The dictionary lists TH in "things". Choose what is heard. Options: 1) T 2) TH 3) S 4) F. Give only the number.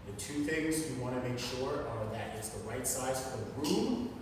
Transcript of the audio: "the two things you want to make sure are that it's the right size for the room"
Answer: 2